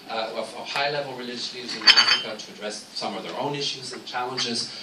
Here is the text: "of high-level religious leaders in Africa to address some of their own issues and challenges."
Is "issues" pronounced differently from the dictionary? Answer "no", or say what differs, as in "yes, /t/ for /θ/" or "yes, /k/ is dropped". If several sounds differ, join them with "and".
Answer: no